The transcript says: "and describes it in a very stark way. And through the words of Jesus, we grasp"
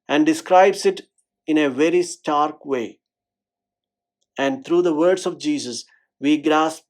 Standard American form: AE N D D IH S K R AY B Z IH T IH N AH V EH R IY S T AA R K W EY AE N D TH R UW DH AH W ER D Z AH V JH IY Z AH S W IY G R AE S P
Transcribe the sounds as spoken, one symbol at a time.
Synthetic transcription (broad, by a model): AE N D D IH S K R AY B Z IH T IH N AH V EH R IY S T AA R K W EY AE N D T R UW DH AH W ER D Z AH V JH IY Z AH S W IY G R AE S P